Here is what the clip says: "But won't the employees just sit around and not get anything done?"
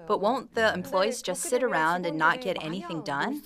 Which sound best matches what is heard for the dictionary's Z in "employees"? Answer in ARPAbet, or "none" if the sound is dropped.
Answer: Z